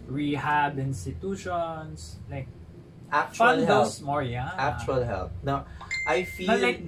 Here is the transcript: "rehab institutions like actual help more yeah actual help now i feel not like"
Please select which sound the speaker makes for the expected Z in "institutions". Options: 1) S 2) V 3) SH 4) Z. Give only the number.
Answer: 1